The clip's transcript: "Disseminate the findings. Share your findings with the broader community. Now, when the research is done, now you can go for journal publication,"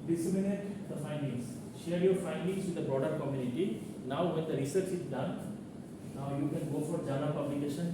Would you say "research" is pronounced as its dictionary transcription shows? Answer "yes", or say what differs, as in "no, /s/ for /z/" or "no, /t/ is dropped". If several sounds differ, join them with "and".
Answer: yes